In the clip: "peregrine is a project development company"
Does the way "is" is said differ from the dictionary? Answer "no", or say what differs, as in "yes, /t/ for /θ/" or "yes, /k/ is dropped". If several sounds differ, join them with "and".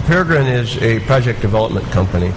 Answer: no